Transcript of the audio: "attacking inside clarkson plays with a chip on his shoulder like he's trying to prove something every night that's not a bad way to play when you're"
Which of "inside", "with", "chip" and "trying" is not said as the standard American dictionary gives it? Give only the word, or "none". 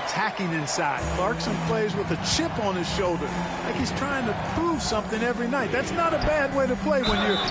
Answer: none